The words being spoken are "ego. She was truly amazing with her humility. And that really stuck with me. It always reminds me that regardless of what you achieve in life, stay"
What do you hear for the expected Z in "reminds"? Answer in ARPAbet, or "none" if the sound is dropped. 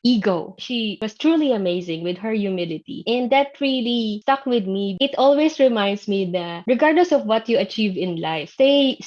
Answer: S